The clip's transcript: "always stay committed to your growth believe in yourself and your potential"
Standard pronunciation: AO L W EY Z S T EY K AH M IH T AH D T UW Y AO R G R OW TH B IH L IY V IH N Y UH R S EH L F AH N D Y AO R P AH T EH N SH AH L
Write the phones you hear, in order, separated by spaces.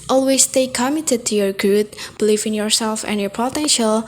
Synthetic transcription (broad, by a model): AO L W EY S T EY K AH M IH T AH D T UW Y AO R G UW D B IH L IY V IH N Y UH R S EH L F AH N Y AO R P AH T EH N SH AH L